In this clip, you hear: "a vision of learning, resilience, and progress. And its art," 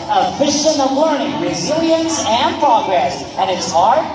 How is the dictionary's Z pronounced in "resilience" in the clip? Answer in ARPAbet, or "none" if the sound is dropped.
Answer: Z